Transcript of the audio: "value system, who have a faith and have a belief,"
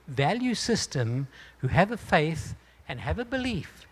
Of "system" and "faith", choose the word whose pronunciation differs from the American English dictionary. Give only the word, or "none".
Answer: none